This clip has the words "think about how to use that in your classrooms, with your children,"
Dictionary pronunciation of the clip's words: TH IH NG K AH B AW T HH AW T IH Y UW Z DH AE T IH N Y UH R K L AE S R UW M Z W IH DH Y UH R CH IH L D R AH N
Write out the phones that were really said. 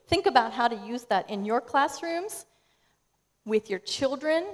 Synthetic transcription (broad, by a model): TH IH NG K AH B AW T HH AW T IH Y UW Z DH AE T IH N Y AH R K L AE S R UW M Z W IH DH Y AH R CH IH L D R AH N